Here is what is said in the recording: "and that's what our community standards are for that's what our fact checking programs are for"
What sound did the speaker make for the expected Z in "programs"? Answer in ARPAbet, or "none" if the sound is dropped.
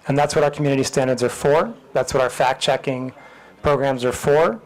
Z